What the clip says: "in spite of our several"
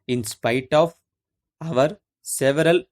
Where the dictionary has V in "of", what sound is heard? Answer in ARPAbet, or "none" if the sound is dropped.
V